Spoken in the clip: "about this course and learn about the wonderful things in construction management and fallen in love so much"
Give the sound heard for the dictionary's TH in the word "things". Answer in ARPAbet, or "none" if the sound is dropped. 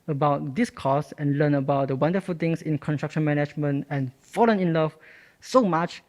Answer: T